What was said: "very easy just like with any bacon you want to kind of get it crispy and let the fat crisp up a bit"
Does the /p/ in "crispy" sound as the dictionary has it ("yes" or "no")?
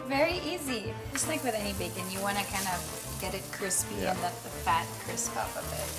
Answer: yes